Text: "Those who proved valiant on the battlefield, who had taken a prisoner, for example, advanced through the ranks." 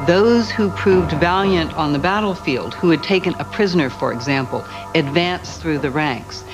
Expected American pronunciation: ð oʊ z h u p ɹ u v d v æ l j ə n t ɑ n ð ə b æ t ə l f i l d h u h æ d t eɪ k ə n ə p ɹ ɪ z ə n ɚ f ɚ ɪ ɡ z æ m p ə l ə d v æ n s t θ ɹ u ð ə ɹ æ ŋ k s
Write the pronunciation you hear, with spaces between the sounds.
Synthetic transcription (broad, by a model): ð oʊ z h u p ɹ u v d v æ l j ə n t n ð ə b æ t l f i l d h u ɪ d t eɪ k ə n ə p ɹ ɪ z ə n ɚ f ɚ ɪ ɡ z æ m p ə l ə d v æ n s θ ɹ u ð ə ɹ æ ŋ k s